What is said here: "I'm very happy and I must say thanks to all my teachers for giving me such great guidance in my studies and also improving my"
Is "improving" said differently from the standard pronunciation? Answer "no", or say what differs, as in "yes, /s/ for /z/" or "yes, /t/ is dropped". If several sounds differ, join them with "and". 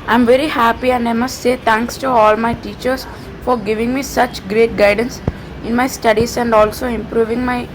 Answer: no